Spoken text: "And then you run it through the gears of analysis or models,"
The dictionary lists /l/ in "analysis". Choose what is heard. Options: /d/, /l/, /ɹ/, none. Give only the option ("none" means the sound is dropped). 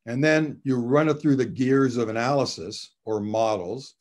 /l/